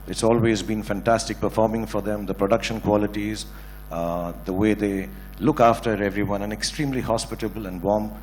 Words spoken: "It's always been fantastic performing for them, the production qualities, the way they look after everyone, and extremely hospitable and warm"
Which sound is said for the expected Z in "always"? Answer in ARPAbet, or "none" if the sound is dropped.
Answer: Z